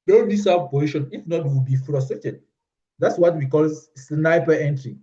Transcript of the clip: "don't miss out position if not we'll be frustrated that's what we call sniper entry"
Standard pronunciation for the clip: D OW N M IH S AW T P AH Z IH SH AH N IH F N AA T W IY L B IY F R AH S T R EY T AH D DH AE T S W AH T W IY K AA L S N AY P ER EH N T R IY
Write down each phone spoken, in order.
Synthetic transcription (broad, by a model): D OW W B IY S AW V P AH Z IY SH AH N IH F N AA T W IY W B IY F R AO S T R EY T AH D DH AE T S W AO T W IY K AA L S N AY P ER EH N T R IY